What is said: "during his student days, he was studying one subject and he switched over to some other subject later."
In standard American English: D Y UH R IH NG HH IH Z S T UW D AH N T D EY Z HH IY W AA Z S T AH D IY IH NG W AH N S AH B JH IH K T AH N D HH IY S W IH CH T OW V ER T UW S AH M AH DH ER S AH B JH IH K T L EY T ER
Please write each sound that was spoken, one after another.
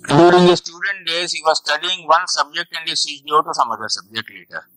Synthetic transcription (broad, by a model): D Y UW R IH NG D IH S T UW D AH N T D EY Z HH IY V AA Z S T AH D IY IH NG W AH N S AH B JH IH K T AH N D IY S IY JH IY AO T UW S AH M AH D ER S AH B JH IH K T L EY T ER